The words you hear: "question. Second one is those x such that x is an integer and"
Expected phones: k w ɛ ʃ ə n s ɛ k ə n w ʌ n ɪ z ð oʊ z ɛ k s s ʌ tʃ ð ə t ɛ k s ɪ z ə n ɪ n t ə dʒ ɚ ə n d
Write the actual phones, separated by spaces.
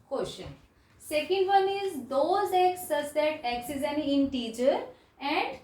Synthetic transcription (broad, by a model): k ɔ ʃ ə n s ɛ k ə n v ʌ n ɪ z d oʊ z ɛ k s s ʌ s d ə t ɛ k s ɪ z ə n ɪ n t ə tʃ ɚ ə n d